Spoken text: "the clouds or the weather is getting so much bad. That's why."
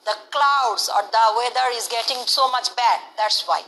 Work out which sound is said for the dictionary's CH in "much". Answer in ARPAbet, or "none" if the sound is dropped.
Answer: CH